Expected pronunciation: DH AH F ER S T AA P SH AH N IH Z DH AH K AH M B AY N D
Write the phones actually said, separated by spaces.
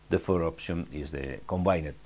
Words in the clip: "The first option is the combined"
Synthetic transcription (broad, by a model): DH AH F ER T AA P SH AH N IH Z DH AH K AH M B AY N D